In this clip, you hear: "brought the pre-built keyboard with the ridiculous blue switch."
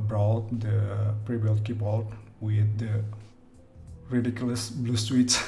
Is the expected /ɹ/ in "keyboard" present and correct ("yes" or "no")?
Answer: no